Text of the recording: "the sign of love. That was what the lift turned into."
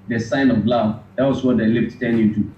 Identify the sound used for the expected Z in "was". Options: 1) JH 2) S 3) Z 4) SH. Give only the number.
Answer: 2